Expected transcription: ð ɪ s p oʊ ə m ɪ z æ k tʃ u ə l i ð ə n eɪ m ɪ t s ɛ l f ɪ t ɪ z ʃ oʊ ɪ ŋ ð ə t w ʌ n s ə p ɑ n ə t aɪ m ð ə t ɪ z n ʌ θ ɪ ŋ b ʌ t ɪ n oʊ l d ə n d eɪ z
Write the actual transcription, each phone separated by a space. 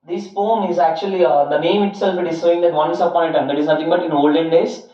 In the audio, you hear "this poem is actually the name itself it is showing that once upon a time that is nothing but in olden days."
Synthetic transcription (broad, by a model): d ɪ s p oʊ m ɪ z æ k tʃ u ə l i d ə n eɪ m ɪ t s ɛ l f ɪ t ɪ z s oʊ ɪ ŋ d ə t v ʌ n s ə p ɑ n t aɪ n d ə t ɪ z n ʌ t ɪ ŋ b ʌ t ɪ n oʊ l d ə n d eɪ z